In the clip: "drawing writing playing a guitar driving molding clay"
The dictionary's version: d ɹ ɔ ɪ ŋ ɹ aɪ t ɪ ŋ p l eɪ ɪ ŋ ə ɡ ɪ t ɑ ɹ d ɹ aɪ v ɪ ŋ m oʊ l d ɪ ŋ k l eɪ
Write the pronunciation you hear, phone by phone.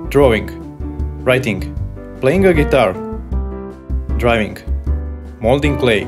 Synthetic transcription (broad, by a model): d ɹ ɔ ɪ ŋ ɹ aɪ t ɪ ŋ p l eɪ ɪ ŋ ə ɡ ɪ t ɑ ɹ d ɹ aɪ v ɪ ŋ m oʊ l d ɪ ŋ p l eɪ